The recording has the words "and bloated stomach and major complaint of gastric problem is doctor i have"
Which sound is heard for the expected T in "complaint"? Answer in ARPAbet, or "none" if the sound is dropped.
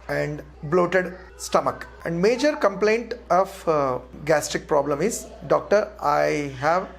T